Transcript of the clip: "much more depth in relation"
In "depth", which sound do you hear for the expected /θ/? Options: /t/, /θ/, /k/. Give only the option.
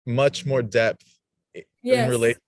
/θ/